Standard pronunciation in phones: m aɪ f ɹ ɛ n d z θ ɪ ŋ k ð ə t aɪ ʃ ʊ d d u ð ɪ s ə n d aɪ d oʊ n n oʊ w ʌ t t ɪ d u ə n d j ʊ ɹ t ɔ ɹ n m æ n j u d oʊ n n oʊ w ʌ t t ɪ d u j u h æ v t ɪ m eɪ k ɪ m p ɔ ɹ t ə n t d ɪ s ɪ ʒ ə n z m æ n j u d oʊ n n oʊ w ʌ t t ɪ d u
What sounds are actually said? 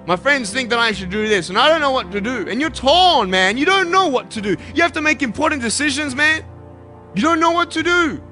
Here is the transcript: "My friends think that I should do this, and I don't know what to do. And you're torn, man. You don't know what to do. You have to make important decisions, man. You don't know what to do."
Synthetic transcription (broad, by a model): m aɪ f ɹ ɛ n d z θ ɪ ŋ k ð ə t aɪ ʃ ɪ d d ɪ ð ɪ s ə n aɪ d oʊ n n oʊ w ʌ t t ɪ d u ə n j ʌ ɹ t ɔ l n m æ n j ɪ d oʊ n n oʊ w ʌ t t ɪ d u j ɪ h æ f t ɪ m eɪ k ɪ m p ɔ ɹ t n d ɪ s ɪ ʒ ə n z m æ n j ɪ d oʊ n n oʊ w ʌ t t ɪ d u